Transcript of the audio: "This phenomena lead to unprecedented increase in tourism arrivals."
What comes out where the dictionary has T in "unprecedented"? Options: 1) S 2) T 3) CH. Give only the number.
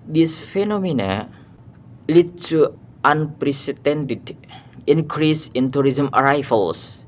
2